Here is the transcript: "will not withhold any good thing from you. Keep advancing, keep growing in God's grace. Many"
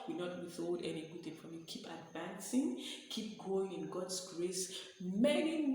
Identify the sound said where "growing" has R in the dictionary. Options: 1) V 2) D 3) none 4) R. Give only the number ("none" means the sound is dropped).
3